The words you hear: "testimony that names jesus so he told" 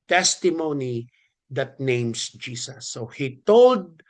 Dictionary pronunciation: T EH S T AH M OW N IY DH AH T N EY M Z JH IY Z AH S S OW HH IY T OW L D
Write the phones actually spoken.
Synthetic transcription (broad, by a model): T EH S T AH M OW N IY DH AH T N EY M S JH IY S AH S S OW HH IY T OW L D